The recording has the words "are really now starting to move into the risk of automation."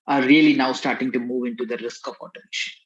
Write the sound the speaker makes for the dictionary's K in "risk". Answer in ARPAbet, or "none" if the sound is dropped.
K